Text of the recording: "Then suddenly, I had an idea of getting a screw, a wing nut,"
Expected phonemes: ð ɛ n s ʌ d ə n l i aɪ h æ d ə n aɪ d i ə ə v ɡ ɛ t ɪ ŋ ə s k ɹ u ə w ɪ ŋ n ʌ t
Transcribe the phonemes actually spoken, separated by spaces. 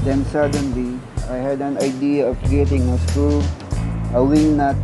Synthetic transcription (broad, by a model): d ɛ n s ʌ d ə n l i aɪ h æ d ə n aɪ d i ə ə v ɡ ɛ t ɪ ŋ ə s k u ə w ɪ ŋ n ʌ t